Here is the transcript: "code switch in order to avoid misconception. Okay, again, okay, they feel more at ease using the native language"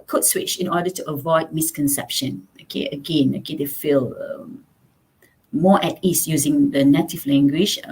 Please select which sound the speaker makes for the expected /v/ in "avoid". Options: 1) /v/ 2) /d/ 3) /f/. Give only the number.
1